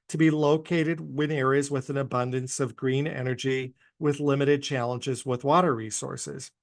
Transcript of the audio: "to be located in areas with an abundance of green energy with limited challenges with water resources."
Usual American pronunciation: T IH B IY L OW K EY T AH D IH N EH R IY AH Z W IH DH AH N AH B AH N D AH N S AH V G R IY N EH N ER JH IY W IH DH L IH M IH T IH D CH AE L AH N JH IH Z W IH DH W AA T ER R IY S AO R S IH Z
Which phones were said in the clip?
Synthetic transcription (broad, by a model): T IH B IY L OW K EY T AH D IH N EH R IY AH Z W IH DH AH N AH B AH N D AH N S AH V G R IY N EH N ER JH IY W IH DH L IH M IH T IH D CH AE L AH N JH IH Z W IH DH W AA T ER R IY S AO R S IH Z